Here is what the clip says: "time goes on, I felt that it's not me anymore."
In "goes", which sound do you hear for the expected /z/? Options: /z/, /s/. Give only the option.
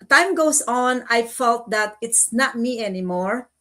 /s/